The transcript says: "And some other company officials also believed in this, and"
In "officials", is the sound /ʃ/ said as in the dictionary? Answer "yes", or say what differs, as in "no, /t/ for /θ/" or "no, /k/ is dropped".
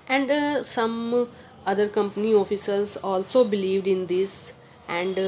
no, /s/ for /ʃ/